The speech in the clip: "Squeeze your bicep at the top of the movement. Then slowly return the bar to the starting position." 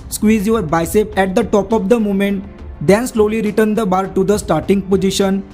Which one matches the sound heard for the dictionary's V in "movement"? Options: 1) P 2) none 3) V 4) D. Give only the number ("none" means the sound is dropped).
2